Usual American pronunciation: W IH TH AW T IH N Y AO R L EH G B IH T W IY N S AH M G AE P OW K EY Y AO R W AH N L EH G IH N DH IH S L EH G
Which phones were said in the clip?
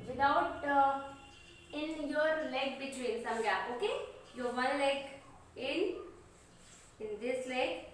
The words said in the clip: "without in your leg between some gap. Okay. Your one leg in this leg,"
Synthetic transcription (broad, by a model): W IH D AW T IH N Y AO R L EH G B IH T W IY N S AH M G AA OW K EY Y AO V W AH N L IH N IH N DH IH S L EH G